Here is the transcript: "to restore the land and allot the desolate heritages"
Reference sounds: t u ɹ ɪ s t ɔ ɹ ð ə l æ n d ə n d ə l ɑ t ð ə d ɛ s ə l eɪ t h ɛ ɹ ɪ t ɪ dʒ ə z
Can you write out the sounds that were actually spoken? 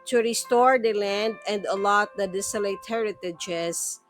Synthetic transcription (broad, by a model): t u ɹ ɪ s t ɔ ɹ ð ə l æ n d ə n d ə l ɑ t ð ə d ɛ s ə l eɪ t h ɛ ɹ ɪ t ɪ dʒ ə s